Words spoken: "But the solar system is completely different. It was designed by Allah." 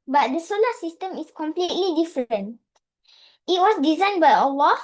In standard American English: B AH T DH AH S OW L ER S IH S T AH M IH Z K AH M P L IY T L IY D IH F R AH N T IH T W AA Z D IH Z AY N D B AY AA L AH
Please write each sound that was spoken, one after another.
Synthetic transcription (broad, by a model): B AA T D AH S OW L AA S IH S T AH M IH S K AH M P L IY T L IY D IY F R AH N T IH T W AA S D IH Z AY N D B AY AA L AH